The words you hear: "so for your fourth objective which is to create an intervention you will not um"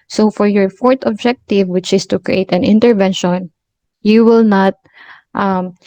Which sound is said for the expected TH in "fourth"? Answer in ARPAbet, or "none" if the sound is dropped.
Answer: T